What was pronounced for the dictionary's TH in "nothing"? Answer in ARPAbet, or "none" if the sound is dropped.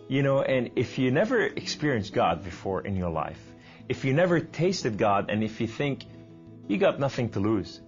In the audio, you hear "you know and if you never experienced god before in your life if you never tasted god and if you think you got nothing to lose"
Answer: TH